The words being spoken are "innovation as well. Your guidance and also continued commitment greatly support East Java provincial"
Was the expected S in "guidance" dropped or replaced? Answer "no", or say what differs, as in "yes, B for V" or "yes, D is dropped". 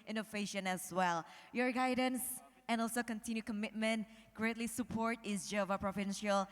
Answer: no